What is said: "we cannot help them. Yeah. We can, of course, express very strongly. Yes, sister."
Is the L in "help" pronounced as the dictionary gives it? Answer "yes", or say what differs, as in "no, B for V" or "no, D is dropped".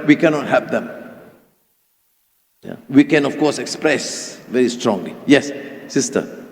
no, L is dropped